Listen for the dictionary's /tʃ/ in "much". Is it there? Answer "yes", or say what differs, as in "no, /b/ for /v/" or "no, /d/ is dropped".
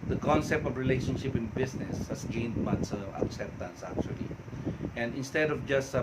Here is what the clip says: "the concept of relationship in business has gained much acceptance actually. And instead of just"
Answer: no, /s/ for /tʃ/